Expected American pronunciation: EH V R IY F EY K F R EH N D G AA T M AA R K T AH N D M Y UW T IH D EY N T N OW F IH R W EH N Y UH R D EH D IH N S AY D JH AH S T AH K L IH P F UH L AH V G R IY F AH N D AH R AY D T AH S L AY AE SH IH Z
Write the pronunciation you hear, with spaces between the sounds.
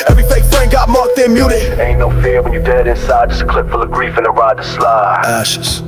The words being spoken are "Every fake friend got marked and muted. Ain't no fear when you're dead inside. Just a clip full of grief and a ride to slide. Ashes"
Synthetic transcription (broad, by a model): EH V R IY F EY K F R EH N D G AA T M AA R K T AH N M Y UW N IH EY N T N OW F IH R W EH N Y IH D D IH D IH N S AY D JH AH S T K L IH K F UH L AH G R IY F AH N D AH R AY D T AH S L AY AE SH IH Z